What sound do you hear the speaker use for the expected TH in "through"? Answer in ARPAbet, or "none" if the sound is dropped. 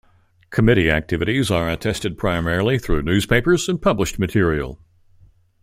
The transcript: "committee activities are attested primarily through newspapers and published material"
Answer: TH